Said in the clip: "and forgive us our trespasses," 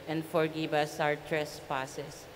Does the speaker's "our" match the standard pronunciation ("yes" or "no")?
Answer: no